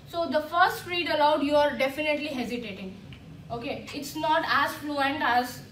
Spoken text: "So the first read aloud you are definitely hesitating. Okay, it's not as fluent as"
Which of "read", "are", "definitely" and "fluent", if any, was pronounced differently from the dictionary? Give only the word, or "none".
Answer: none